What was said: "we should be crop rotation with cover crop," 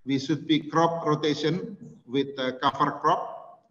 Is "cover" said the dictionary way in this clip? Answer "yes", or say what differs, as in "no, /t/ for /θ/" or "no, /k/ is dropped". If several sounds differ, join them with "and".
no, /f/ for /v/